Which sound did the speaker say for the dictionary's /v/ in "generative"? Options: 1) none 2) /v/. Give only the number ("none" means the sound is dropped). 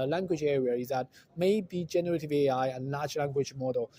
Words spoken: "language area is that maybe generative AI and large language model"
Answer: 2